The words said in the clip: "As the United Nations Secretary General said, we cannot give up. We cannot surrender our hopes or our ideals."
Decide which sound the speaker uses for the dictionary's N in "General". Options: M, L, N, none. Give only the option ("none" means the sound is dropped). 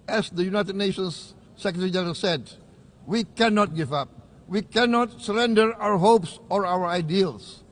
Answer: none